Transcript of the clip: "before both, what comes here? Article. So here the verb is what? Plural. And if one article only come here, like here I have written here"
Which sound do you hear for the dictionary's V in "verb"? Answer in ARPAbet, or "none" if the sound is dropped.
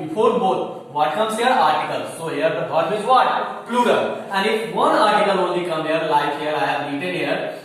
B